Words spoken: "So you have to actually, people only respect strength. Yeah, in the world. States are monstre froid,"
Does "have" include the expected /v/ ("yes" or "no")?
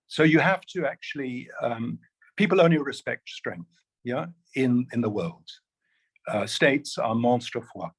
no